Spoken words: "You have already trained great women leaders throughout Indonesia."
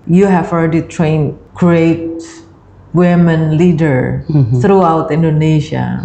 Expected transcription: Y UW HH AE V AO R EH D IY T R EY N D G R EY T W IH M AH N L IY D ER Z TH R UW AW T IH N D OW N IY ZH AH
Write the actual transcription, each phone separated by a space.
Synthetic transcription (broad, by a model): Y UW HH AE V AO L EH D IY T R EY N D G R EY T W IH M AH N L IY D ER TH R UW AW T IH N D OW N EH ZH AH